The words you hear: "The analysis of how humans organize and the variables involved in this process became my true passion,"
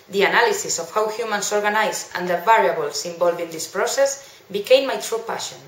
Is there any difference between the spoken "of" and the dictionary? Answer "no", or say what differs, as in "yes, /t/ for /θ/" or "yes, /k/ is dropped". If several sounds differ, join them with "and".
yes, /f/ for /v/